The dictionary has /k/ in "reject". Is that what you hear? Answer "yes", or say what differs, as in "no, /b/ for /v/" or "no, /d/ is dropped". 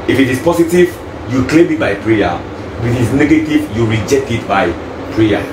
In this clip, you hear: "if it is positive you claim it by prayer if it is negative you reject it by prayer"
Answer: yes